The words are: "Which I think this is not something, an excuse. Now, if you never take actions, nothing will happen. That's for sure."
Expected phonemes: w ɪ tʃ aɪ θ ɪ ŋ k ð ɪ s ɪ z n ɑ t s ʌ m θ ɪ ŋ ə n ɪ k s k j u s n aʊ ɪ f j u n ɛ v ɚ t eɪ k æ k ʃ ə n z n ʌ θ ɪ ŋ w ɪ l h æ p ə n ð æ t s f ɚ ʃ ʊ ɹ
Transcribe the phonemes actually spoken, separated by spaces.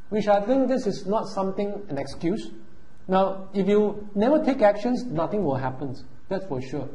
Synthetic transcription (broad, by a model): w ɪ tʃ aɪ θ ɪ ŋ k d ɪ s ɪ s n ɑ t s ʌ m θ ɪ ŋ ə n ɪ k s k j u s n aʊ ɪ f j u n ɛ v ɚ t eɪ k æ k ʃ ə n s n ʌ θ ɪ ŋ w ɪ l h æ p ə n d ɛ t s f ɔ ʃ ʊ